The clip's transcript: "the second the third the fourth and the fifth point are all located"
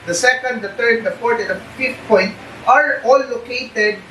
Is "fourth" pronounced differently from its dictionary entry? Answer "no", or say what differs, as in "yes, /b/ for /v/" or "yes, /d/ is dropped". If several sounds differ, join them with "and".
yes, /p/ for /f/ and /t/ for /θ/